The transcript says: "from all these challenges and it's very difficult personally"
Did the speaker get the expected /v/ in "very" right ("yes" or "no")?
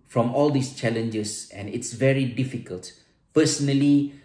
yes